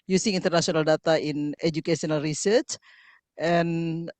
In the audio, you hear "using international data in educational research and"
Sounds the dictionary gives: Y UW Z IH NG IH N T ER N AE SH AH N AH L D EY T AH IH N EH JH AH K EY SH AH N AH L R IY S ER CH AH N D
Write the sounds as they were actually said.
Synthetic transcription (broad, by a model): Y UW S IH NG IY N T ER N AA S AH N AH L D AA T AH IH N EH JH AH K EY S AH N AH L R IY S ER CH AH N